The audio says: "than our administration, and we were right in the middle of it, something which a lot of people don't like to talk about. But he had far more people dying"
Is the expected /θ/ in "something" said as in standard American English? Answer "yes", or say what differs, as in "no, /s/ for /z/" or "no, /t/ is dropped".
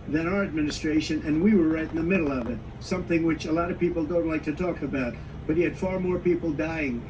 yes